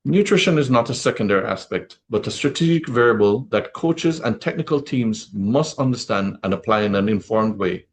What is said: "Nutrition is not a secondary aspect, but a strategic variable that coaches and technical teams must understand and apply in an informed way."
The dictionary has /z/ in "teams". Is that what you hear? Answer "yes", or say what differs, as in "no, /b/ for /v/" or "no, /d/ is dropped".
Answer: yes